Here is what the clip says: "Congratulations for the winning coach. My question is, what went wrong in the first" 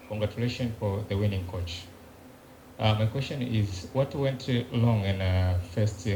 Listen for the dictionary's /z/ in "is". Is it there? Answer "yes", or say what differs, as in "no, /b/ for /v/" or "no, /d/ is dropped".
yes